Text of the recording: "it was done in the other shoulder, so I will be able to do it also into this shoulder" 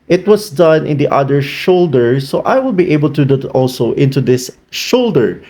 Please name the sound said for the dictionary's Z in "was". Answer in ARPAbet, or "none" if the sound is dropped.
S